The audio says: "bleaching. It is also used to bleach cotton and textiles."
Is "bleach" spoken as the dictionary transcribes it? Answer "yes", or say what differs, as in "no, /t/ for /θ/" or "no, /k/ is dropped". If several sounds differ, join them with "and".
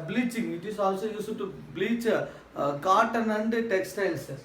yes